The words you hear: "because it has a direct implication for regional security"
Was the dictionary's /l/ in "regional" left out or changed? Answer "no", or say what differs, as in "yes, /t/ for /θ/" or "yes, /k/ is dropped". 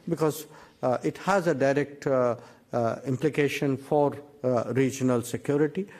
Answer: no